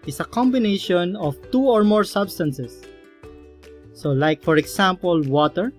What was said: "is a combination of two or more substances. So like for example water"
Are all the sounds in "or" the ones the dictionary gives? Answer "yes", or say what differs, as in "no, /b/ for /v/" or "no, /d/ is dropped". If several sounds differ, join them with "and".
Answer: yes